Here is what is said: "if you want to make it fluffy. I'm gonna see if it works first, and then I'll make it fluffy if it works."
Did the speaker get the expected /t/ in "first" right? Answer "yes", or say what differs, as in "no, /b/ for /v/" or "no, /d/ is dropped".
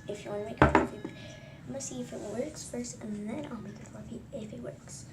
no, /t/ is dropped